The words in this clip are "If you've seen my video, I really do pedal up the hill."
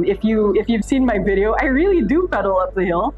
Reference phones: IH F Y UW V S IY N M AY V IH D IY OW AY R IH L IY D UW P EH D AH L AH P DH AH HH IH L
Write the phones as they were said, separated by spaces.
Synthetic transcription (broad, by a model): IH F Y UW V S IY N M AY V IH D IY OW AY R IH L IY D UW F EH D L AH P DH AH HH IH L